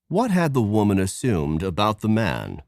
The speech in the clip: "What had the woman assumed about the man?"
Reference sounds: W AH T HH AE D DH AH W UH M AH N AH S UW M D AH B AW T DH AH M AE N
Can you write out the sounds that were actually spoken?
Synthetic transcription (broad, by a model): W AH T HH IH D DH AH W UH M AH N AH S UW M D AH B AW T DH AH M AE N